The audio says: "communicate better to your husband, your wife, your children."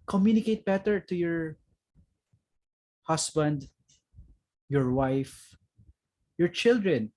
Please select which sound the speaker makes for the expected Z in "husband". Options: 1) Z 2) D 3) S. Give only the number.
3